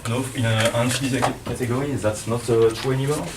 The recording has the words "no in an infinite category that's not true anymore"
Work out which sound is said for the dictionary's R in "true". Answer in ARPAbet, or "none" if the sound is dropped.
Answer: none